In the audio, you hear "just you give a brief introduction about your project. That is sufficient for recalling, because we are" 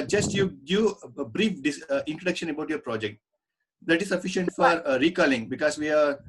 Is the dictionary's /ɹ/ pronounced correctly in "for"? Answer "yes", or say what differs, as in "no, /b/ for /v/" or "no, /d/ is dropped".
yes